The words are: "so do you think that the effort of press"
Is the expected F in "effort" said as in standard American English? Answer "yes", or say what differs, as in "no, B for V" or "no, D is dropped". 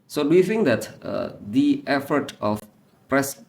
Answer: yes